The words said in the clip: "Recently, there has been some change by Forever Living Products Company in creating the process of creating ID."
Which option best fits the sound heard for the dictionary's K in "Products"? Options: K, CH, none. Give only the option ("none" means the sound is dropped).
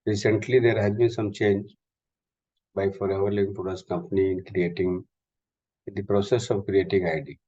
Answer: none